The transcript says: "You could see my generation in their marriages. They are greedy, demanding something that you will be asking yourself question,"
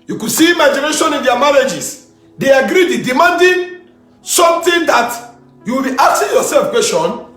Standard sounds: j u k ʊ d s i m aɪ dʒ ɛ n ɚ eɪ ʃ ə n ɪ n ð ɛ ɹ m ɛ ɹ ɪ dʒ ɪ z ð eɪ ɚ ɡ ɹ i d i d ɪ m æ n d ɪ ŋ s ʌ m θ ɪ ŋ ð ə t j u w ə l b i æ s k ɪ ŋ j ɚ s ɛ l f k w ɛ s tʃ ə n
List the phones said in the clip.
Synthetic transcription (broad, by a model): j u k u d s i m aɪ dʒ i n eɪ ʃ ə n ɪ n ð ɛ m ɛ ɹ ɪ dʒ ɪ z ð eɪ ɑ ɡ ɹ i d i d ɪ m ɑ n d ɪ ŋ s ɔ m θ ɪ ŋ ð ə t j u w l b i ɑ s ɪ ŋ j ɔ s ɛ l f k w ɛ s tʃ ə n